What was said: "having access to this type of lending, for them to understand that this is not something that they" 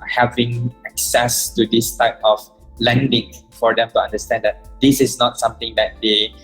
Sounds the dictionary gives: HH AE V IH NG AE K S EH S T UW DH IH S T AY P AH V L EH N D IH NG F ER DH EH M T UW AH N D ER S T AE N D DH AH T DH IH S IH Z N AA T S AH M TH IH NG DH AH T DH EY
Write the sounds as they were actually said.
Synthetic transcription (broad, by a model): HH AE V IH NG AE K S EH S T UW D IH S T AY P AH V L EH N D IH NG F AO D EH M T UW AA N D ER S T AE N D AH T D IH S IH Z N AA T S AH M T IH NG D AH T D EY